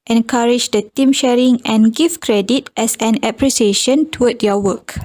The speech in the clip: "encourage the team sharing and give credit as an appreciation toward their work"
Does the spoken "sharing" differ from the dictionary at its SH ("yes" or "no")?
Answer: no